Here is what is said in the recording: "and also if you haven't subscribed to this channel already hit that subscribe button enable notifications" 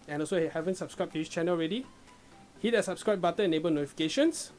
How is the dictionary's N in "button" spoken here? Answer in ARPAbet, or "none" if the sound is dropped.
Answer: none